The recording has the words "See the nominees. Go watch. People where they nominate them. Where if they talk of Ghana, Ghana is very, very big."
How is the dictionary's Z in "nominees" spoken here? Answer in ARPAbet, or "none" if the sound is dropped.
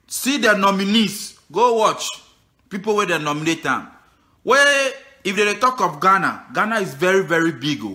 S